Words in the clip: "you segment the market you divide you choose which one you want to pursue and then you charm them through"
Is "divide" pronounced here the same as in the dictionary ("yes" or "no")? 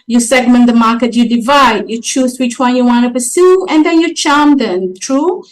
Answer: yes